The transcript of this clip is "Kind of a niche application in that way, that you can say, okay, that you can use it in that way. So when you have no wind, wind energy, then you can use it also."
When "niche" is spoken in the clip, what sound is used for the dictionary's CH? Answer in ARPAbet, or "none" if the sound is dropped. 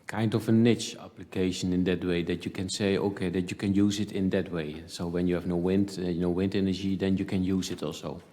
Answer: CH